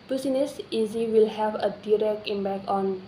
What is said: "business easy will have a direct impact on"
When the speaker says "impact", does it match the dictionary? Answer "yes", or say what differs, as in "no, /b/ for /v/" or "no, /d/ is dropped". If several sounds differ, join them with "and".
no, /b/ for /p/ and /t/ is dropped